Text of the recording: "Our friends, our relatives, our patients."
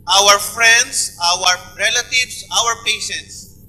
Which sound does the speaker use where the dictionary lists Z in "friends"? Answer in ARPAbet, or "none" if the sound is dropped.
S